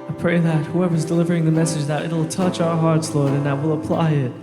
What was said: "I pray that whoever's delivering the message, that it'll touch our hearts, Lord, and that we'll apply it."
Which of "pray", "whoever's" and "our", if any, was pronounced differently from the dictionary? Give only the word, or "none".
none